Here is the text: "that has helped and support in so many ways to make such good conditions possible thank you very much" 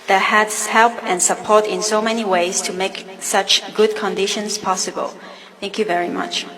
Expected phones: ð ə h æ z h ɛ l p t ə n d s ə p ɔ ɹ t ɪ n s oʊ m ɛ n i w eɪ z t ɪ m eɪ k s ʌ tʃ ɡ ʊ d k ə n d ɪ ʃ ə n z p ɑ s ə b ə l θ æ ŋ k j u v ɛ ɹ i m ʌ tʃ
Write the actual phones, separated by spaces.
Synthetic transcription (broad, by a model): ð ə h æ s h ɛ l p ə n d s ə p ɔ ɹ t ɪ n s oʊ m ɛ n i w eɪ z t ɪ m eɪ k s ʌ tʃ ɡ ʊ d k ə n d ɪ ʃ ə n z p ɑ s ə b ə l θ æ ŋ k j u v ɛ ɹ i m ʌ tʃ